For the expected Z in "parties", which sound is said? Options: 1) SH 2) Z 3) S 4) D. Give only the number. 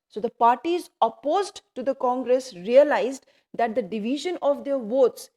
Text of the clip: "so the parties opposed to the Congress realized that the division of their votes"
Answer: 2